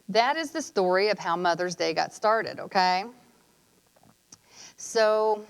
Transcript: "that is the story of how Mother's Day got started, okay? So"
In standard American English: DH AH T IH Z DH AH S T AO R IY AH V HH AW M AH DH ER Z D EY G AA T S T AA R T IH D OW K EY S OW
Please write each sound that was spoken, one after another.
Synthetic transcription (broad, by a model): DH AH T IH Z DH AH S T AO R IY AH V HH AW M AH DH ER Z D EY G AA T S T AA R T IH D OW K EY S OW